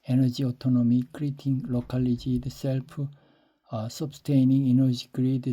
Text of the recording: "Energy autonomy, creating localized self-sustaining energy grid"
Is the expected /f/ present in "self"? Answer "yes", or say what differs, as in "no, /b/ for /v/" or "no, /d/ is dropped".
no, /p/ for /f/